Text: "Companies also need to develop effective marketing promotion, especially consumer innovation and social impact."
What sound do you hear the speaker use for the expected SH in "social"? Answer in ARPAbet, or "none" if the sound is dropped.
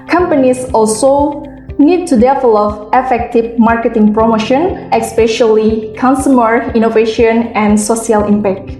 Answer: none